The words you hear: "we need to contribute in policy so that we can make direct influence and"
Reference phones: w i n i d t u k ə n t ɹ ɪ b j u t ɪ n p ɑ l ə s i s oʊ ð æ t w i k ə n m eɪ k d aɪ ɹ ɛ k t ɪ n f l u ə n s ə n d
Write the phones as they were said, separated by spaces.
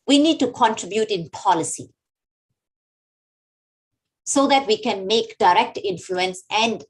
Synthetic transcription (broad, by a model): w i n i d t u k ə n t ɹ ɪ b j u t ɪ n p ɑ l ə s i s oʊ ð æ t w i k ə n m eɪ k d aɪ ɹ ɛ k t ɪ n f l u ə n s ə n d